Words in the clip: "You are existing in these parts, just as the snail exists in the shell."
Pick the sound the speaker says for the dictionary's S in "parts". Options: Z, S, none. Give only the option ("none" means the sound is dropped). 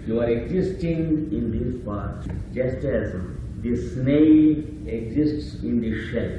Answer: none